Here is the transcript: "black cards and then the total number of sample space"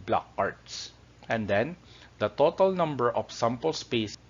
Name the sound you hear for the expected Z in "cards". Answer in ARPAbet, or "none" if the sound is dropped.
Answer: S